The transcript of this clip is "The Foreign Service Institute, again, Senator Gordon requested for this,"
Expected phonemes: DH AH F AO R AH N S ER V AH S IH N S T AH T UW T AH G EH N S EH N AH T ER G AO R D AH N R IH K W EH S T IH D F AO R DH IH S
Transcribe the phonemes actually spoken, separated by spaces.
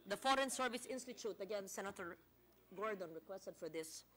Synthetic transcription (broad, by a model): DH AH F AO R AH N S ER V AH S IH N S T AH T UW T AH G EH N S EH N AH T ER G AO R D AH N R IH K W EH S T IH D F AO R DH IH S